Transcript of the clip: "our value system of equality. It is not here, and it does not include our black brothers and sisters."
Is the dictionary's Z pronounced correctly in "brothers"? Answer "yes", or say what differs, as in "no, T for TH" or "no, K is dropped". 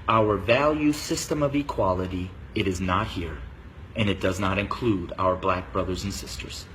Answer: yes